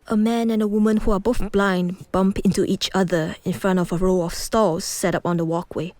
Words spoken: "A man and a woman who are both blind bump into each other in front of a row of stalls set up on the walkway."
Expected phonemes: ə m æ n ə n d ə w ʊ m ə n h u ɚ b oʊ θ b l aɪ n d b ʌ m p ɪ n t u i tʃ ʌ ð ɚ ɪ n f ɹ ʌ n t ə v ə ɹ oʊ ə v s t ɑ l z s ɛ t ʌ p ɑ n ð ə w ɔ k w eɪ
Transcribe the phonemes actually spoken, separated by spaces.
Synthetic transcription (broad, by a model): ə m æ n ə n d ə w ʊ m ə n h u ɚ b oʊ θ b l aɪ n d b ʌ m p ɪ n t u i tʃ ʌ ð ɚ ɪ n f ɹ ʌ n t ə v ə ɹ oʊ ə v s t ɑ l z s ɛ t ʌ p ɑ n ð ə w ɔ k w eɪ